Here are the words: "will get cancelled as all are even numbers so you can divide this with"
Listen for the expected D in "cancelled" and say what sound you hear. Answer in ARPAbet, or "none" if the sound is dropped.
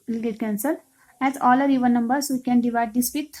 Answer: none